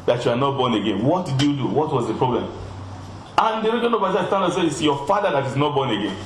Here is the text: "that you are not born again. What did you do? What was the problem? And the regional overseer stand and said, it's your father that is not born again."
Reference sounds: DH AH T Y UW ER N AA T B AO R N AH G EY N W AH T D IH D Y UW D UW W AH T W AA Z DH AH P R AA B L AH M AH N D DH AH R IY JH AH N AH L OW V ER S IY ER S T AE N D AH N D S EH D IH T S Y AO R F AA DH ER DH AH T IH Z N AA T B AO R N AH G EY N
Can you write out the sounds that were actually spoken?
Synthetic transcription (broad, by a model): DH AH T Y UW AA N AA T B AO N AH G EY N W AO T D IH D Y UW D UW W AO T W AA Z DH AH P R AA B L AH M AH N D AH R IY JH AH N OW B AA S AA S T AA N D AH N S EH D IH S Y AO F AA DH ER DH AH T IH Z N AA T B AO N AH G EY N